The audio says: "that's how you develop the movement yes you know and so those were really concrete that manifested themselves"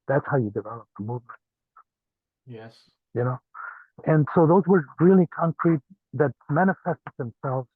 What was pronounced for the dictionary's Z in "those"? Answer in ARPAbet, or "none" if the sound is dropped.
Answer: Z